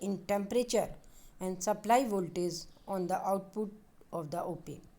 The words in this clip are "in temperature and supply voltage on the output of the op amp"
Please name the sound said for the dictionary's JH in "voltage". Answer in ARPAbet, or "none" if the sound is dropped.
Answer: Z